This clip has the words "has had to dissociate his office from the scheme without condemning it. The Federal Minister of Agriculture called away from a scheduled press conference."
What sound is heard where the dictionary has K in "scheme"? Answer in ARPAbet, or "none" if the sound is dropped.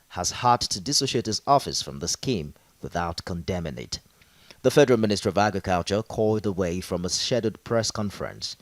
K